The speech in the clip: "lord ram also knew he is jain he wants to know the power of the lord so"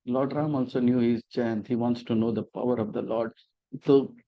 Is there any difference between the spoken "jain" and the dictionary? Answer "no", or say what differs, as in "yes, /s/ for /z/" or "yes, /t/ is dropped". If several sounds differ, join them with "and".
yes, /tʃ/ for /dʒ/